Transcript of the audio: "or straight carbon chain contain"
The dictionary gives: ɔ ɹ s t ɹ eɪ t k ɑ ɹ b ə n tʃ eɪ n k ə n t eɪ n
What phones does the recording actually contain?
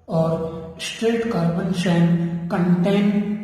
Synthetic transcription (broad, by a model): ɔ ɹ s t ɹ eɪ t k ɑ ɹ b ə n ʃ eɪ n k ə n t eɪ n